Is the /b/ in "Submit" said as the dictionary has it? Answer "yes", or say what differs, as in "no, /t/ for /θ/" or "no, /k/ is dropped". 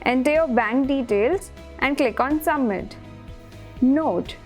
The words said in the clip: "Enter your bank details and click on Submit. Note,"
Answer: no, /b/ is dropped